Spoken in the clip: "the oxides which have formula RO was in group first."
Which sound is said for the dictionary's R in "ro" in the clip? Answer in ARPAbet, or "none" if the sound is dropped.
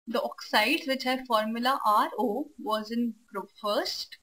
R